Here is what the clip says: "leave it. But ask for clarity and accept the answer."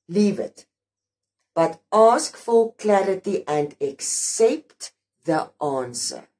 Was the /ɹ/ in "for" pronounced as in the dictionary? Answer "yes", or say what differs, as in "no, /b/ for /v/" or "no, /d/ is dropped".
no, /l/ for /ɹ/